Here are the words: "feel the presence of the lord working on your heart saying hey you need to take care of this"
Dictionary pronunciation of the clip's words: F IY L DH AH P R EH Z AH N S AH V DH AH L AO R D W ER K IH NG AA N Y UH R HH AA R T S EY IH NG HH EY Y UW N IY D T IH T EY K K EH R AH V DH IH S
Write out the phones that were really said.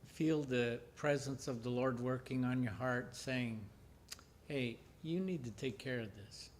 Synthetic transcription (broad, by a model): F IY L DH AH P R EH Z AH N S AH V DH AH L AO R D W ER K IH NG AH N Y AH R HH AA R T S EY IH NG HH EY Y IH N IY D T IH T EY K K EH R AH V DH IH S